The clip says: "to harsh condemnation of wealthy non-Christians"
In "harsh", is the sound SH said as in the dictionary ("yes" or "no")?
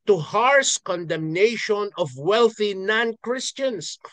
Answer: no